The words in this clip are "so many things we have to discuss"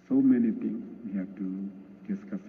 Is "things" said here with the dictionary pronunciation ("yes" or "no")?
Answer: no